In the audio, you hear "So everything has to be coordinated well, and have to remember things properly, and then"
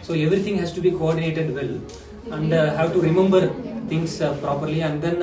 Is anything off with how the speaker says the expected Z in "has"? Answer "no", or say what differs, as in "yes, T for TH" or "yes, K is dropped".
yes, S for Z